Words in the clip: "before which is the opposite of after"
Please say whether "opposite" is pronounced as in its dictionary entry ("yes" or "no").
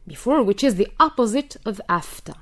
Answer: yes